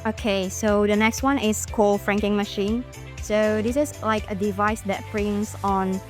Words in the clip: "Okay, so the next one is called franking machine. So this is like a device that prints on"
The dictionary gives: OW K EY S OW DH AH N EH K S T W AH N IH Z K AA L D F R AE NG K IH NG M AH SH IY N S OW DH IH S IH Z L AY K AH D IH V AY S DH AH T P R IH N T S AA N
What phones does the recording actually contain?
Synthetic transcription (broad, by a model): OW K EY S OW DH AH N EH K S T W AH N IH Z K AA L F R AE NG K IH NG M AH SH IY N S OW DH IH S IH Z L AY K AH D IH V AY S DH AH T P R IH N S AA N